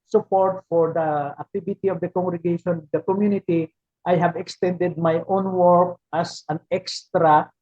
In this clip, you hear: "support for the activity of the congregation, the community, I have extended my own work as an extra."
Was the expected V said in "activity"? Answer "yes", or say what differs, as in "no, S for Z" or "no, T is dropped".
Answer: no, B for V